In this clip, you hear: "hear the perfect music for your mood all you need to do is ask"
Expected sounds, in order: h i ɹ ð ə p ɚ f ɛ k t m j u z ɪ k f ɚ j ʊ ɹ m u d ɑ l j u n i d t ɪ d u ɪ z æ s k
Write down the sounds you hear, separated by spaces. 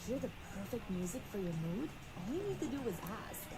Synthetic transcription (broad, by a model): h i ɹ ð ə p ɚ f ɛ k t m j u z ɪ k f ɚ j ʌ ɹ m u d ɑ l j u n i d t ɪ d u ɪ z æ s